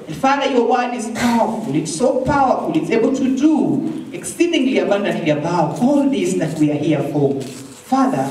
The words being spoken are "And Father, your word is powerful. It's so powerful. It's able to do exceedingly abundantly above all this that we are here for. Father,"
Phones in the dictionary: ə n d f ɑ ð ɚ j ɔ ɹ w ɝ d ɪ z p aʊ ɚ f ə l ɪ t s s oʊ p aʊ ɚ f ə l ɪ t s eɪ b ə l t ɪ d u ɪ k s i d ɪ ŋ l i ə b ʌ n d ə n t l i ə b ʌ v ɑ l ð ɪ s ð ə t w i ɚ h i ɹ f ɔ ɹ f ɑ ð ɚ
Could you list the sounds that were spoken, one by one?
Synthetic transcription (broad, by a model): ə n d f ɑ ð ɚ j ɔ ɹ w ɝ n ɪ z p aʊ ɚ f ə l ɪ t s s oʊ p aʊ ɚ f ə l ɪ t s eɪ b ə l t ɪ d u ɪ k s i d ɪ ŋ l i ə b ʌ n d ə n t l i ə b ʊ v ɑ l ð ɪ s ð ə t w i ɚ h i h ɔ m f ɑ ð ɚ